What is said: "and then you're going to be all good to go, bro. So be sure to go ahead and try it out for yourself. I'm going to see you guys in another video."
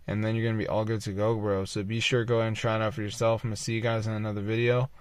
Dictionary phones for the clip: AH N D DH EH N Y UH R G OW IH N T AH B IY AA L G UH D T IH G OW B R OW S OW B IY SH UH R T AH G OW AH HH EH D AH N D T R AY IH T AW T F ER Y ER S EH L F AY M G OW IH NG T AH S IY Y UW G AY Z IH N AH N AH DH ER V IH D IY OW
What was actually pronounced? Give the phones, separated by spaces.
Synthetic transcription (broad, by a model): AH N DH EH N Y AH R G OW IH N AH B IY AA L G UH D T IH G OW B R OW S OW B IY SH UH R G OW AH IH AH N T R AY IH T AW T F ER Y ER S EH L F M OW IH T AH S IY Y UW G AY Z IH N AH N AH DH ER V IH D IY OW